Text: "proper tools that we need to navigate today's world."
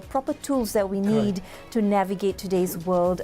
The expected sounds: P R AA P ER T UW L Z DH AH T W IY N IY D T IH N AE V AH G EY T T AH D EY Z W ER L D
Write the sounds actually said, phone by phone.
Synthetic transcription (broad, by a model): P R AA P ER T UW L Z DH AH T W IY N IY D T IH N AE V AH G EY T T AH D EY Z W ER L D